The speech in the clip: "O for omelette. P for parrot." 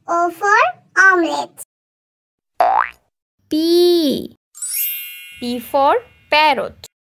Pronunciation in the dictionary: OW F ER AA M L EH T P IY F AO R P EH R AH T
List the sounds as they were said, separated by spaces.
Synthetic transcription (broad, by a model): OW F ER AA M EH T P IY F AO R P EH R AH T